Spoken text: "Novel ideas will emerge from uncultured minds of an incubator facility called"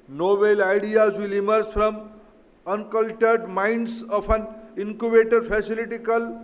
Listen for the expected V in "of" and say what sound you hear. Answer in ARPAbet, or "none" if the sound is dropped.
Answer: P